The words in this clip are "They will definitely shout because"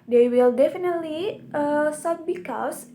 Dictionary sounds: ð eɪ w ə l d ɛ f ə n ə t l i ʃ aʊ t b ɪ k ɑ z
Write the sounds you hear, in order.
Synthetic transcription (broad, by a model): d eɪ w ə l d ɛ f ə n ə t l i s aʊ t b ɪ k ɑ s